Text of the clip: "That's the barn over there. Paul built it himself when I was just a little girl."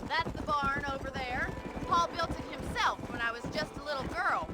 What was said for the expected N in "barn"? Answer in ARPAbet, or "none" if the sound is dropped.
N